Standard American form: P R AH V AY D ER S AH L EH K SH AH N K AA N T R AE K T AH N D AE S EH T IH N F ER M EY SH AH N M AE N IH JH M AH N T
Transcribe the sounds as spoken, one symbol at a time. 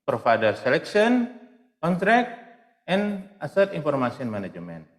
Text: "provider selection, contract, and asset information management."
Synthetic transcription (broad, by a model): P R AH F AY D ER S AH L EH K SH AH N K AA N T R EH K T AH N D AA S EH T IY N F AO M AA S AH N M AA N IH JH M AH N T